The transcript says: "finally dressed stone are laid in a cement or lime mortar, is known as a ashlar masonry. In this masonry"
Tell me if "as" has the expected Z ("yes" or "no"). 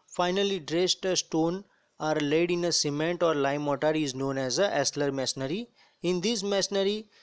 yes